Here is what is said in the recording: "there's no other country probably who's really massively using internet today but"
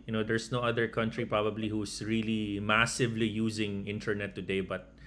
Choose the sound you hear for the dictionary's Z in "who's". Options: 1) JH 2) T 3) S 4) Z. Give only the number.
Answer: 3